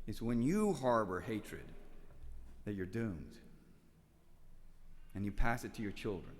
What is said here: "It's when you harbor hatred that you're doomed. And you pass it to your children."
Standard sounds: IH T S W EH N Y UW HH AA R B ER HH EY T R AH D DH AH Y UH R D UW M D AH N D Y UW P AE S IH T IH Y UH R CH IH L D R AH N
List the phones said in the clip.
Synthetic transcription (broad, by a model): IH T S W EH N Y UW HH AA R B ER HH EY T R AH D DH AH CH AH R D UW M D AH N Y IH P AE S IH T IH Y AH R CH IH L D R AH N